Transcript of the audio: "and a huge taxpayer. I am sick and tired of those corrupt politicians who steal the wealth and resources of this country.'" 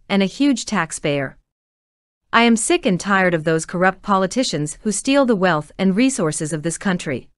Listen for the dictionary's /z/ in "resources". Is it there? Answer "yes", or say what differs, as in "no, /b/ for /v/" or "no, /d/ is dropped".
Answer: yes